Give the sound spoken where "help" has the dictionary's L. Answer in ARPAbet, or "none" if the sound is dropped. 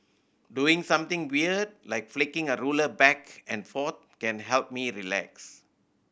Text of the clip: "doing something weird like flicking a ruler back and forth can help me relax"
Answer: L